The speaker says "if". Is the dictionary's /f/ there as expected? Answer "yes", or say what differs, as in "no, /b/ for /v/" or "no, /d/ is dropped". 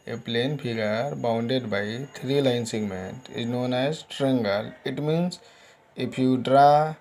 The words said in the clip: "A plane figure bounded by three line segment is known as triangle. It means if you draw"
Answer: no, /p/ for /f/